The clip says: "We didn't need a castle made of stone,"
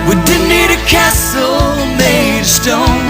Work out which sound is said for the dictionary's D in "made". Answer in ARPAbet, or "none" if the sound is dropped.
none